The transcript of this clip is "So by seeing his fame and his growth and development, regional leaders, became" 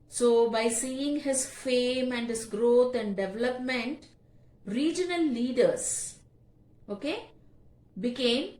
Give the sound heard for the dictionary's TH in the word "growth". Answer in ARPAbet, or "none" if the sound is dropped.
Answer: T